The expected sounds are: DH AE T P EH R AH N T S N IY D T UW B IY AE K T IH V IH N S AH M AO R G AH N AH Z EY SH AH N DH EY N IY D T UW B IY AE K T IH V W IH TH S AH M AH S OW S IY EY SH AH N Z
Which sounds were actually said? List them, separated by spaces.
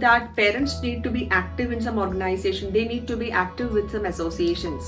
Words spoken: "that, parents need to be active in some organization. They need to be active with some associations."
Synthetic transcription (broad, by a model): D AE T P EH R AH N T S N IY D T UW B IY AE K T IH V IH N S AH M AO R G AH N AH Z EY SH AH N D EY N IY D T UW B IY AE K T IH V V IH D S AH M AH S OW S IY EY SH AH N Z